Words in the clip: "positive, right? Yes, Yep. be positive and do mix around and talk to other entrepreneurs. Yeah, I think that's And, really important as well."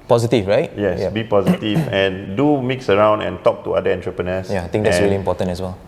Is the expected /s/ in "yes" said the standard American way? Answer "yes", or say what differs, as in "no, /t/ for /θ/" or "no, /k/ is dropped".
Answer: no, /s/ is dropped